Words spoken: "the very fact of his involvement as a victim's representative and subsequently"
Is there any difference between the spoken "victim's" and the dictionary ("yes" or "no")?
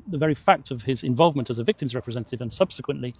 no